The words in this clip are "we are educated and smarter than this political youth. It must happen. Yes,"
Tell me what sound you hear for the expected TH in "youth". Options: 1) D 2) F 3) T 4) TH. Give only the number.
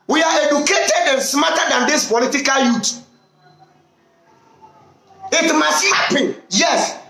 3